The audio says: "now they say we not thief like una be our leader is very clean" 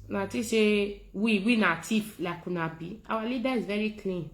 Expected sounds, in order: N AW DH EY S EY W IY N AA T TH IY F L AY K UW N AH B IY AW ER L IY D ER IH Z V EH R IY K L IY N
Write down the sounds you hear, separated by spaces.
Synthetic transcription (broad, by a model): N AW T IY SH EY W IY N AA T IY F L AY K UW N AH B IY AW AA L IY D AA IH Z V EH R IY K L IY N